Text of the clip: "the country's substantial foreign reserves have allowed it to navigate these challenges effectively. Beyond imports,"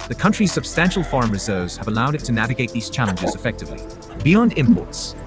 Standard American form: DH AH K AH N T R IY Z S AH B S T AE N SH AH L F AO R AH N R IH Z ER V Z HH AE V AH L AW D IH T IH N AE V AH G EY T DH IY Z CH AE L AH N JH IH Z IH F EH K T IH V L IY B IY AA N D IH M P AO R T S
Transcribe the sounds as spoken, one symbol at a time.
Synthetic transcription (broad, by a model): DH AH K AH N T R IY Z S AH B S T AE N SH L F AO R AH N R IH Z ER V Z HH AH V AH L AW D IH T IH N AE V AH G EY T DH IY Z CH AE L AH N JH IH Z IH F EH K T IH V L IY B IY AA N D IH M P AO R T S